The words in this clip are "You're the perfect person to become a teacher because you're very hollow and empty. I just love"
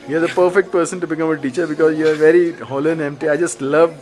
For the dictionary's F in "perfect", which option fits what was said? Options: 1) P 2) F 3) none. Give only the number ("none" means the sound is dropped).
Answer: 2